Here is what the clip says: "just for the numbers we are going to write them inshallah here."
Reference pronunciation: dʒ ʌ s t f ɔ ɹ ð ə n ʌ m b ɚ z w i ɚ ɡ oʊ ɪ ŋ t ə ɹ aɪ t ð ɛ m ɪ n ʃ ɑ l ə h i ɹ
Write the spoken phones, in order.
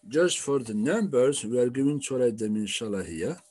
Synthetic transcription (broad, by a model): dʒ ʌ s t f ɔ ɹ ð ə n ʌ m b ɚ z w ɚ ɡ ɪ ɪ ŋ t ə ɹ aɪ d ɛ m ɪ n ʃ ɑ l ə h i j